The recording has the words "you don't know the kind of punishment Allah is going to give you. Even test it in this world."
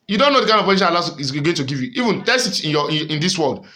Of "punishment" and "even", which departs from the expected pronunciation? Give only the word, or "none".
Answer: punishment